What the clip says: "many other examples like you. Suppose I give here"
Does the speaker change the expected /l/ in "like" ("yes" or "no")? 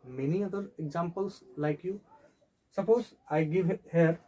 no